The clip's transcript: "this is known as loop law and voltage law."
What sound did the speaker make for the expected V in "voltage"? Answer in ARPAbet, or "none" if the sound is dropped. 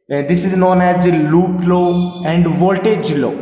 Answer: V